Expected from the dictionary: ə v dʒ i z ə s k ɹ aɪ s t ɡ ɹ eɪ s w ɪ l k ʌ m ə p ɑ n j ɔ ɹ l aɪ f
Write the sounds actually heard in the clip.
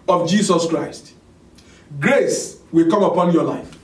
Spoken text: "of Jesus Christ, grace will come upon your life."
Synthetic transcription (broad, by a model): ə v dʒ i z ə s k ɹ aɪ s t ɡ ɹ eɪ s w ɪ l k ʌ m ə p ɑ n j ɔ l aɪ f